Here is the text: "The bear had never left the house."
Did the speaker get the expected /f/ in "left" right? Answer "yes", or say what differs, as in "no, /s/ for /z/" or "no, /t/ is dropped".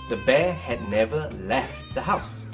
yes